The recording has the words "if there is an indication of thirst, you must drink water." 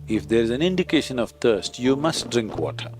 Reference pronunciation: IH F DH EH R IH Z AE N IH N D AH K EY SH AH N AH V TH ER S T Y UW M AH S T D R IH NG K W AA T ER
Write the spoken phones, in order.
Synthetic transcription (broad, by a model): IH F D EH R IH Z AE N IH N D AH K EY SH AH N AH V T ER S T Y UW M AH S T D R IH NG K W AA T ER